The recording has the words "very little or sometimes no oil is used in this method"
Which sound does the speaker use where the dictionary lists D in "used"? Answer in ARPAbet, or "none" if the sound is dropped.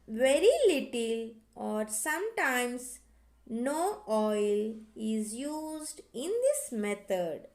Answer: D